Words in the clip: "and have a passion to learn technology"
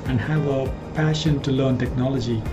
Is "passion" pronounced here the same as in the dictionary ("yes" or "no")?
yes